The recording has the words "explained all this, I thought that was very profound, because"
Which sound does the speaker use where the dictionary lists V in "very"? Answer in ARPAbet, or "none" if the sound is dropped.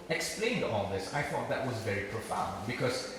V